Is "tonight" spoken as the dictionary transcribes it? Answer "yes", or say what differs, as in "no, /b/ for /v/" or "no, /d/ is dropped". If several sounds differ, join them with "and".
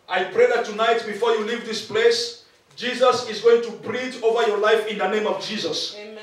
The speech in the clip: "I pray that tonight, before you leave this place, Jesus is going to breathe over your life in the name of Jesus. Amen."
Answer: yes